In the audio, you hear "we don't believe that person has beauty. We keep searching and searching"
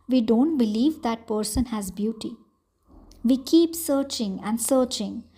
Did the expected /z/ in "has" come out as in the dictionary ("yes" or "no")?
yes